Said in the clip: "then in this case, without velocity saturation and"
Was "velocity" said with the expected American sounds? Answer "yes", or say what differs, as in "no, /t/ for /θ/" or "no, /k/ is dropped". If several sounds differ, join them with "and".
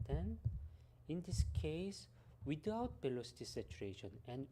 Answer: no, /b/ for /v/